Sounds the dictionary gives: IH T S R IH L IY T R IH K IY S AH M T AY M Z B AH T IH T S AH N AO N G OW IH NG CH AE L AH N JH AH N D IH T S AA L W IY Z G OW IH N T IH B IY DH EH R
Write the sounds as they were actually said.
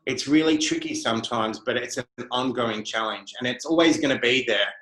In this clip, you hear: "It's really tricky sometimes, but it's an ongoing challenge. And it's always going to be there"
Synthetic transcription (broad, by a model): IH T S R IH L IY T R IH K IY S AH M T AY M Z B AH T IH T S AH N AO N G OW IH NG CH AE L AH N JH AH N IH T S AA L W IY Z G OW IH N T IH B IY DH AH R